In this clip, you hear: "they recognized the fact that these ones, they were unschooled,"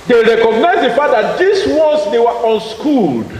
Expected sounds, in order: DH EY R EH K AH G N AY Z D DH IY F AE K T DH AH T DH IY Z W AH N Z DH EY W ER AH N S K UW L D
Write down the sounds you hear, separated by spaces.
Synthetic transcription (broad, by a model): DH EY R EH K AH G N AY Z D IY F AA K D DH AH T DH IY S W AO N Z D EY W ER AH N S K UW L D